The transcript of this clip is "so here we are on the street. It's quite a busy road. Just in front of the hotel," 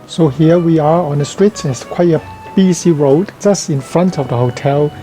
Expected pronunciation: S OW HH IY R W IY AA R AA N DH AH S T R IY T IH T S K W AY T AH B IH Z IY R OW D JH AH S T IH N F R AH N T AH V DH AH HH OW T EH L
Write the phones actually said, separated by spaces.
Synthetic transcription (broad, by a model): S OW HH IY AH W IY AA R AA N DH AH S T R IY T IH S K W AY T AH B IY S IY R OW D JH AH S T IH N F R AH N T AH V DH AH HH OW T EH L